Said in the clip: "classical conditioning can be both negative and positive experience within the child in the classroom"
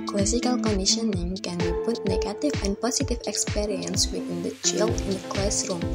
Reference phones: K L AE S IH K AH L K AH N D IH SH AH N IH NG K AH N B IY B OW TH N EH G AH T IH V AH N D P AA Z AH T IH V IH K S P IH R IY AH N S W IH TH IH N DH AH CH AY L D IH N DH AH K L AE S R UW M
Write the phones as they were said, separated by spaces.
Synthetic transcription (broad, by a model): K L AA S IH K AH L K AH N D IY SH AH N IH NG K AH N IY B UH T N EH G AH T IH F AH N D P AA S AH T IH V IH K S P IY R IY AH N S W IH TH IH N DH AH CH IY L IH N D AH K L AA S R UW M